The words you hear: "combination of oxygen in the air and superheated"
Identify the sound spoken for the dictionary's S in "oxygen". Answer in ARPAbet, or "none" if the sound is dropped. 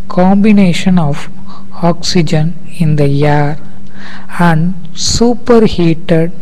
S